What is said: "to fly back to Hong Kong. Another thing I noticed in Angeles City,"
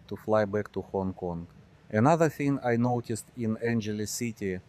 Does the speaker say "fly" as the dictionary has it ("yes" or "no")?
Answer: yes